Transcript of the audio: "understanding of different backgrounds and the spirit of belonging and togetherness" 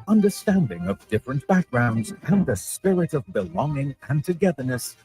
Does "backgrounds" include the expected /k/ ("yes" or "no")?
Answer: yes